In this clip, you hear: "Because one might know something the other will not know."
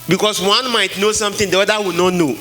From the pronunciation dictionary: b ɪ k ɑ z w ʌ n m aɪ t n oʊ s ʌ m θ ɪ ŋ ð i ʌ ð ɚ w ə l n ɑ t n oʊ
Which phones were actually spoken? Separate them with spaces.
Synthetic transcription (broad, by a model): b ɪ k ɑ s w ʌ n m aɪ t n oʊ s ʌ m t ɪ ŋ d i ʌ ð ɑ w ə n ɑ t n oʊ